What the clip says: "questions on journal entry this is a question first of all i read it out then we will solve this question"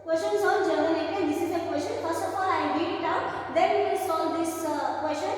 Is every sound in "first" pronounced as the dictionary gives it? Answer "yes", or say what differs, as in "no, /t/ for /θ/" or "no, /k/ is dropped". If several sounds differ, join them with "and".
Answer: yes